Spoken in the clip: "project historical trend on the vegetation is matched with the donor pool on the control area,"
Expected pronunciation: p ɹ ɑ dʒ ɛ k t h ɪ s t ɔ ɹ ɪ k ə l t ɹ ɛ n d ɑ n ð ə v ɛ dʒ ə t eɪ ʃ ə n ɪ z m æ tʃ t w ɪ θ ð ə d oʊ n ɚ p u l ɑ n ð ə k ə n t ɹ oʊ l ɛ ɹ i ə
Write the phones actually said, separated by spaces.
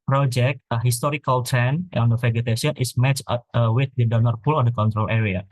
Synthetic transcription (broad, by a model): p ɹ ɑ dʒ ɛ k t h ɪ s t ɔ ɹ ɪ k ə l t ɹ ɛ n ɑ n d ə f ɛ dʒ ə t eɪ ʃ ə n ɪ s m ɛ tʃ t w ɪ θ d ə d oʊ n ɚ p u l ɑ n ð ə k ə n t ɹ oʊ l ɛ ɹ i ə